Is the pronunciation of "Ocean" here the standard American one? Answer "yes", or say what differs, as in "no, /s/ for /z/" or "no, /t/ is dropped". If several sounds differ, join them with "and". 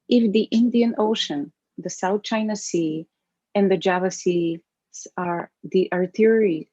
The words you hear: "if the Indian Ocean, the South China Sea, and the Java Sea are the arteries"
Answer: yes